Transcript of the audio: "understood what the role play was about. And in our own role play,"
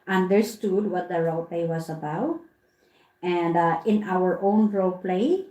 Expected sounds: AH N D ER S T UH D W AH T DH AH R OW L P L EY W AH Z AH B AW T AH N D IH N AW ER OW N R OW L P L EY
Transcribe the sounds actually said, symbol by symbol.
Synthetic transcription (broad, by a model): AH N D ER S T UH D W AH T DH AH R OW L P L EY W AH S AH B AW T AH N D IH N AW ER OW N R OW P L EY